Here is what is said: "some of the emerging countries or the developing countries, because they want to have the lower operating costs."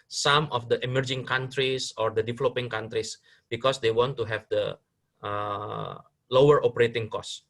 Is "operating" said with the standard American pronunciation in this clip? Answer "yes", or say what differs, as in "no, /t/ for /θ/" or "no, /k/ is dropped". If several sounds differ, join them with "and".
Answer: yes